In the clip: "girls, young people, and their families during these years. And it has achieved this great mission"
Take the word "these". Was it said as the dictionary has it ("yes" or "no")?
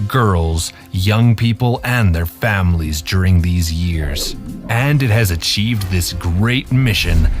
yes